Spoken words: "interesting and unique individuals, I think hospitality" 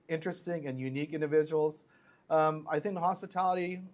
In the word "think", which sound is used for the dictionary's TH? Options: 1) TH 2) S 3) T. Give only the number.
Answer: 1